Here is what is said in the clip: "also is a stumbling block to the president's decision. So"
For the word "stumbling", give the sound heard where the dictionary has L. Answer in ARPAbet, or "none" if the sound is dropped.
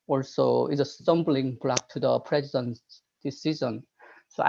L